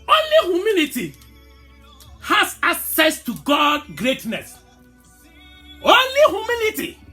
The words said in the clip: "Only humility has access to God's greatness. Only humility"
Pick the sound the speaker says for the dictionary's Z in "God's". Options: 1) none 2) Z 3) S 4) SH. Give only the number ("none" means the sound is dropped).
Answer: 1